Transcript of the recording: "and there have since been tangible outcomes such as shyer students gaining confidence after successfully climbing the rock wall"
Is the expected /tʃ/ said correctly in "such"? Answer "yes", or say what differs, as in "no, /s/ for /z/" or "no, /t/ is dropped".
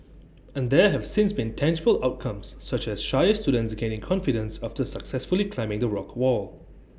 yes